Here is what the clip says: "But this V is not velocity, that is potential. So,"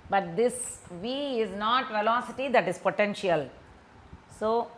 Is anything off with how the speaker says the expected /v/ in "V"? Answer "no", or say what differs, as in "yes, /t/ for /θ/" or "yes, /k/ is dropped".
no